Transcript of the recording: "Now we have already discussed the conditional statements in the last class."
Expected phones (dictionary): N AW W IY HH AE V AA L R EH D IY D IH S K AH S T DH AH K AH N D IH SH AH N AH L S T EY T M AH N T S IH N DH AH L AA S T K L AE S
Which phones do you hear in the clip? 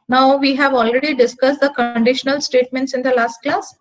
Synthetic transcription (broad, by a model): N AW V IY HH AE V AA L R EH D IY D IH S K AH S T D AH K AH N D IH SH AH N AH L S T EY T M AH N T S IH N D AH L AA S T K L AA S